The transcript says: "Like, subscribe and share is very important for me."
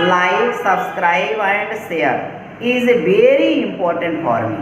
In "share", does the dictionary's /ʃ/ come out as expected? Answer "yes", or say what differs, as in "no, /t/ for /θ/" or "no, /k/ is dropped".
no, /s/ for /ʃ/